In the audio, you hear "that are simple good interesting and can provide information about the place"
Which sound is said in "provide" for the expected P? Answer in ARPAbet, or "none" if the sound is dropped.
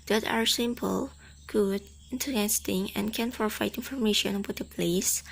F